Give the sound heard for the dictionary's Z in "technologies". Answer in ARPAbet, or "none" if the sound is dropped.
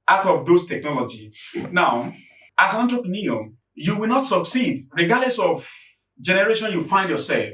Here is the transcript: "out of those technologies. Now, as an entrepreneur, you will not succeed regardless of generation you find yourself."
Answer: none